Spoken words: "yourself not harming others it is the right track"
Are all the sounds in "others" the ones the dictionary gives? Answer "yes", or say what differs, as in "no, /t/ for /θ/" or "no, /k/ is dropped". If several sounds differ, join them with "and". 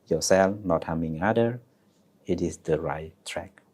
no, /z/ is dropped